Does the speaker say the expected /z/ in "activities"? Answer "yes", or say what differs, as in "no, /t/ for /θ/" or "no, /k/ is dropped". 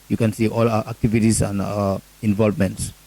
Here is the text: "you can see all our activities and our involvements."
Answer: no, /s/ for /z/